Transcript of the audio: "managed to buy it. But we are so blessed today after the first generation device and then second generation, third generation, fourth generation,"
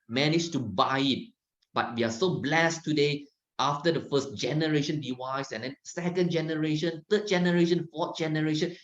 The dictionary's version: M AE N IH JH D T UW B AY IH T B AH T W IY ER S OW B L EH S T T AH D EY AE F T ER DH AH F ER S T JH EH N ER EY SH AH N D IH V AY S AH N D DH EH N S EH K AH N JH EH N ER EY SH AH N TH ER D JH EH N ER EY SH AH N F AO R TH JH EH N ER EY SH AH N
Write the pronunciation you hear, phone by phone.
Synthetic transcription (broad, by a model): M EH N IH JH T UW B AY IH T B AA T W IY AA S OW B L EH S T T AH D EY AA F T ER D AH F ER S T JH EH N ER EY SH AH N D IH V AY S AH N D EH N S EH K AH N JH EH N ER EY SH AH N T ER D JH EH N ER EY SH AH N F AO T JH EH N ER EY SH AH N